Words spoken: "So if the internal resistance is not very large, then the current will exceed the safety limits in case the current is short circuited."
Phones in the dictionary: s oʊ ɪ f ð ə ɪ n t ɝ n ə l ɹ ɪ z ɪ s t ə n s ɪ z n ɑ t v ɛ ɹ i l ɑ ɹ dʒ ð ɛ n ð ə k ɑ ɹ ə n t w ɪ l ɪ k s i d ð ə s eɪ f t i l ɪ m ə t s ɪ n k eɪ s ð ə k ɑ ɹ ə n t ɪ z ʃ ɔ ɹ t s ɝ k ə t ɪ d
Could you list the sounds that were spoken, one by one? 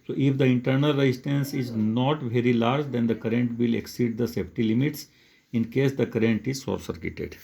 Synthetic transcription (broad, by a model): s oʊ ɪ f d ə ɪ n t ɝ n ə l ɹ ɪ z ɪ s t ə n s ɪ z n ɑ t v ɛ ɹ i l ɑ ɹ dʒ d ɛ n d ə k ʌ ɹ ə n t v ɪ l ɪ k s i d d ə s eɪ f t i l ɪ m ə t s ɪ n k eɪ s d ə k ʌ ɹ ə n t ɪ z s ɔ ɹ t s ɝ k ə t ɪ d